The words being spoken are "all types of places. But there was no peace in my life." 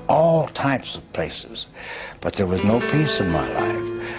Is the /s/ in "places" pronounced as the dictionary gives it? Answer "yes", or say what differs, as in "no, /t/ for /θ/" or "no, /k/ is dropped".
yes